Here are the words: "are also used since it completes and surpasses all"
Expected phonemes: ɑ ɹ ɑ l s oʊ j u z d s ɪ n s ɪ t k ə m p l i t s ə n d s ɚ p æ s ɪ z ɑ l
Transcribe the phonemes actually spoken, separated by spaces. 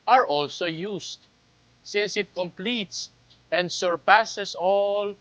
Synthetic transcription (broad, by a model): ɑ ɹ ɑ l s oʊ j u s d s ɪ n s ɪ t k ə m p l i t s ə n d s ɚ p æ s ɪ s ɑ l